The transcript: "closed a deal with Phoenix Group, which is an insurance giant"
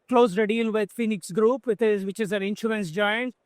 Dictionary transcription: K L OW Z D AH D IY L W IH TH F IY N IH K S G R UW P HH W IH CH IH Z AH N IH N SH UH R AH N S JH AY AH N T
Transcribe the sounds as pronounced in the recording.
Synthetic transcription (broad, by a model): K L OW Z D AH D IY L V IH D F IY N IH K S G R UW P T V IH CH IH Z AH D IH N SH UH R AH N S JH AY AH N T